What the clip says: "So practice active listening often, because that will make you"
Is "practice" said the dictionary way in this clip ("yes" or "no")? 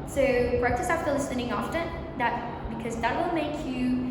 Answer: no